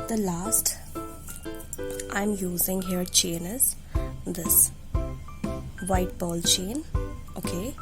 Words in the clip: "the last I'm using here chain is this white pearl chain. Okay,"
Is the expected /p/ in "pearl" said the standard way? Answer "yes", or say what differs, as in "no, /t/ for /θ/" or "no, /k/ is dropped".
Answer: no, /b/ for /p/